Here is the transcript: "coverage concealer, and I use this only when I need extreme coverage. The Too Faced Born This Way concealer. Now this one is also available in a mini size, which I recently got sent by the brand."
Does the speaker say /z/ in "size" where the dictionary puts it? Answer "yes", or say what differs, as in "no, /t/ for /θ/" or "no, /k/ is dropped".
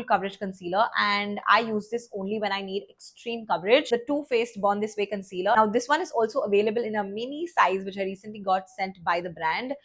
yes